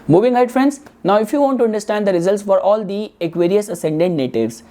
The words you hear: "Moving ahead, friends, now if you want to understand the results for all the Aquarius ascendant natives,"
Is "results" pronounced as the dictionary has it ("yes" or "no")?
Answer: yes